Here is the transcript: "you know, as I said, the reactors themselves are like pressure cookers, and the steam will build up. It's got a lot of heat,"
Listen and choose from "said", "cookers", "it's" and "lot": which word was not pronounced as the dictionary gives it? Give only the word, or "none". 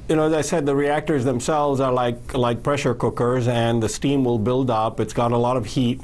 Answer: none